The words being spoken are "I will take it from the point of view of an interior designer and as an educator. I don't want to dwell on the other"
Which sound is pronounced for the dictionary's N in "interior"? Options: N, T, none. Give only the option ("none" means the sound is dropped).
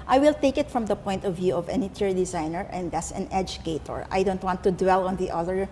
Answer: none